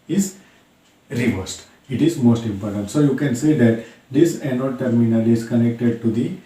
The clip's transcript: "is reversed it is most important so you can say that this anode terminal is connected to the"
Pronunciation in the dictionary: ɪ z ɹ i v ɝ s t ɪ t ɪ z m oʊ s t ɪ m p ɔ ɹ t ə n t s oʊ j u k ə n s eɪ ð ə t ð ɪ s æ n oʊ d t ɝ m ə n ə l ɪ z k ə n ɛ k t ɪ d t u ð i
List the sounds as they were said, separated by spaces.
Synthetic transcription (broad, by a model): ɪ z ɹ i v ɝ s t ɪ t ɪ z m oʊ s t ɪ m p ɔ ɹ t ə n t s oʊ j u k ə n s eɪ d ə t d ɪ s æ n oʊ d t ɝ m ə n ə l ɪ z k ə n ɛ k t ɪ d t u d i